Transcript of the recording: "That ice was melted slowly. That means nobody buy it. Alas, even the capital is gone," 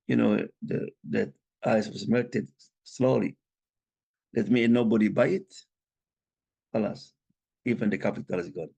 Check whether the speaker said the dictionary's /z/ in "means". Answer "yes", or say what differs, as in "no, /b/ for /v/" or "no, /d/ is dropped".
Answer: no, /z/ is dropped